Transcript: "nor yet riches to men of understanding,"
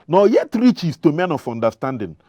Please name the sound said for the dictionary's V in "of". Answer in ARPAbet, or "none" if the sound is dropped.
F